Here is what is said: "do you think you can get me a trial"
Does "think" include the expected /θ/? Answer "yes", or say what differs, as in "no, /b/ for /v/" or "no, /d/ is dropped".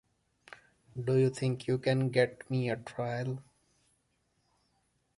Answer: no, /t/ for /θ/